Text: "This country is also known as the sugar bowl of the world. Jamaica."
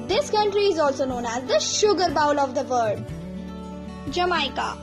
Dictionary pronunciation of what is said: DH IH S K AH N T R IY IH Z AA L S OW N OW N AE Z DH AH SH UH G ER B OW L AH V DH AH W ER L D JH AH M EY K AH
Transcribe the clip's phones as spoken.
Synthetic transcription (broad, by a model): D IH S K AH N T R IY IH Z AA L S OW N OW N AE Z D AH SH UH G ER B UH L AH V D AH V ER D JH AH M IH K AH